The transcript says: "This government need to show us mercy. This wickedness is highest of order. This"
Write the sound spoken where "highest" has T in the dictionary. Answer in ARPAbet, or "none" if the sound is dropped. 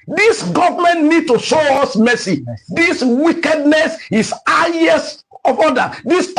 none